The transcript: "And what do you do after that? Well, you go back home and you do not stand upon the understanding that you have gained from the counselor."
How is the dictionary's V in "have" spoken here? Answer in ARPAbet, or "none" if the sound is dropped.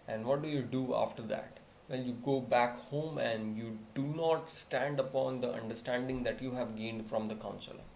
V